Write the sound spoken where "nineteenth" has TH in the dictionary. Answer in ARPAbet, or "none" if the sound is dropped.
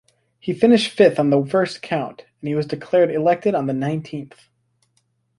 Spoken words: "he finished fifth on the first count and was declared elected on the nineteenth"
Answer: TH